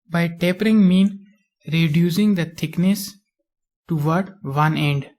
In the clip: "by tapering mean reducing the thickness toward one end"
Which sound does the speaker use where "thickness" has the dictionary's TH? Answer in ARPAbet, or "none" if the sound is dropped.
T